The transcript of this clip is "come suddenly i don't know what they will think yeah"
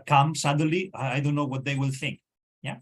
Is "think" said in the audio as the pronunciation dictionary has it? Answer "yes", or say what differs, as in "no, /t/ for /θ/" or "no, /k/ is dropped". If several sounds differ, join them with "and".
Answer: yes